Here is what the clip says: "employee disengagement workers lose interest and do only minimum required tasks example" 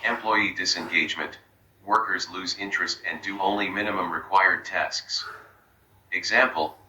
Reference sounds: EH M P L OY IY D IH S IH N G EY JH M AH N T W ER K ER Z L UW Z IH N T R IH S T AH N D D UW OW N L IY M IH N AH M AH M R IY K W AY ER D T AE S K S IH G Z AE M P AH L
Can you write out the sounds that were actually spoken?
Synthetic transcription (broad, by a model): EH M P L OY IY D IH S IH N G EY JH M AH N T W ER K ER Z L UW Z IH N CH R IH S T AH N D D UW OW N L IY M IH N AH M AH M R IY K W AY ER D T AE S K S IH G Z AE M P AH L